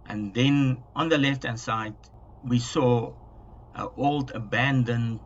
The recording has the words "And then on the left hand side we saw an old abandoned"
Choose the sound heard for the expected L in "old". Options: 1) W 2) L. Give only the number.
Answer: 2